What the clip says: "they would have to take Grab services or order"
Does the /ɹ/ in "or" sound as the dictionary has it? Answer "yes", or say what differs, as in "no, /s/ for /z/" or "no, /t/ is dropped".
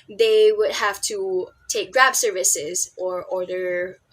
yes